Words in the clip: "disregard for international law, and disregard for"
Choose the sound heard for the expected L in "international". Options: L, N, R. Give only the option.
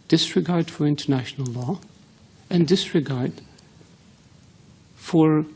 L